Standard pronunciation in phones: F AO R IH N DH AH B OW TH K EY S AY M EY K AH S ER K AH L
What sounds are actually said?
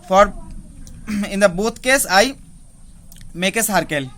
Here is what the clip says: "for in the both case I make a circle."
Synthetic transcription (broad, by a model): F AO R IH N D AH B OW T K EY S AY M EY K AH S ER K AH L